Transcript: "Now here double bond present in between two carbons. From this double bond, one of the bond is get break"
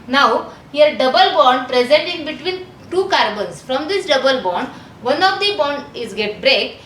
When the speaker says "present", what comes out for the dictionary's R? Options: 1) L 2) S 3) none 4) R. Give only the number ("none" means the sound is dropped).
4